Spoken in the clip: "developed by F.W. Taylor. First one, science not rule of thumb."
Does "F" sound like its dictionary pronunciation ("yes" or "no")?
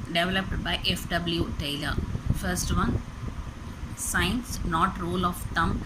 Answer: yes